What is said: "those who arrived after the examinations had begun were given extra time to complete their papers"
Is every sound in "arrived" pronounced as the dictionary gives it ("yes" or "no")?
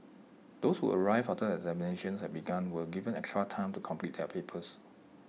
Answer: no